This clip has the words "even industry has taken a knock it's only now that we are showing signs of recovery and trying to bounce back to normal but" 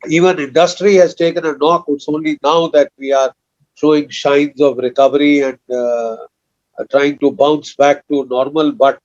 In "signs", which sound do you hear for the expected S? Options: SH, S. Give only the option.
SH